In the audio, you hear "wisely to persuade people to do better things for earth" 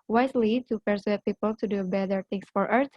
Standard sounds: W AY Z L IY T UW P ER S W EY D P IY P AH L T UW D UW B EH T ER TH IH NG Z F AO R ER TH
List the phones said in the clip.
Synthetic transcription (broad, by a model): W AY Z L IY T UW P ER S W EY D P IY P AH L T UW D UW B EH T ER T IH NG S F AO R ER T